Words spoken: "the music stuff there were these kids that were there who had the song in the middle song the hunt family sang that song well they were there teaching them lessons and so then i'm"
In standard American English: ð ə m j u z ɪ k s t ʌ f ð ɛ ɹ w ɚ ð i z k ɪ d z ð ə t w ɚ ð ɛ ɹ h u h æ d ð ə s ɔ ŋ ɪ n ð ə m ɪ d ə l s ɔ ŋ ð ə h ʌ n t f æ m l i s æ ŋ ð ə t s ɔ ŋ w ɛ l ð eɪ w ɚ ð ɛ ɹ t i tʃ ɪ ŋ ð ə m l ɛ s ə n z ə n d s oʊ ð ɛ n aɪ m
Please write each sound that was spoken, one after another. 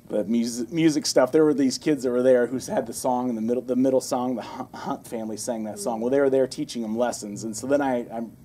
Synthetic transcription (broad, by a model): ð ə m j u z ɪ k s t ʌ f ð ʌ ɹ w ɚ ð i z k ɪ d z ð ə t w ɚ ð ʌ ɹ h u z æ d ð ə s ɔ ŋ ɪ n ð ə m ɪ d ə l s ɔ ŋ ð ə h ʌ n t f æ m l i s æ ŋ ð ə t s ɔ ŋ w ɛ l ð eɪ w ɚ ð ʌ ɹ t i tʃ ɪ ŋ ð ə m l ɛ s ə n z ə n s oʊ ð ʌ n aɪ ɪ